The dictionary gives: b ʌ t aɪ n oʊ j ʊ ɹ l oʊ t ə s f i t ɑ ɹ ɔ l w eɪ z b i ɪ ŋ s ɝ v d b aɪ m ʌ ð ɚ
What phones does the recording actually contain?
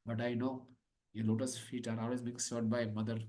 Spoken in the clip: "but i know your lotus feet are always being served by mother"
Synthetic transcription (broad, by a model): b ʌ t aɪ n oʊ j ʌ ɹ l oʊ t ə s f i t ɑ ɹ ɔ l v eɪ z b i ɪ ŋ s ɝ d b aɪ m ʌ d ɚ